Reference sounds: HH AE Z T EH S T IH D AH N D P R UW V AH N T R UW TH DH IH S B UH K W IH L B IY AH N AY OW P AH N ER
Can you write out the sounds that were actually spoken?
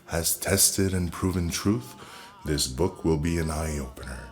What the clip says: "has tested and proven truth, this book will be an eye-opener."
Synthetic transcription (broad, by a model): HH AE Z T EH S T IH D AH N P R UW V AH N T R UW TH DH IH S B UH K W IH L B IY AH N AY OW P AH N ER